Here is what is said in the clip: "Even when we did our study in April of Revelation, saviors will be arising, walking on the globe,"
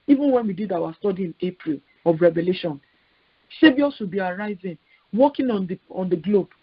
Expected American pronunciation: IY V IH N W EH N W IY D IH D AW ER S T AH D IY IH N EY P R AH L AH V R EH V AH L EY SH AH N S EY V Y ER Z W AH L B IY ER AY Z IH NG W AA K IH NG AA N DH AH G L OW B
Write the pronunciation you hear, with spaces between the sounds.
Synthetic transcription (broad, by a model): IY V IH N W EH N W IY D IH D AW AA S T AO D IY IH N EY P R AH L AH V R EH V AH L EY SH AH N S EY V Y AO S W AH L B IY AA AY Z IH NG W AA K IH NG AA N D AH G L OW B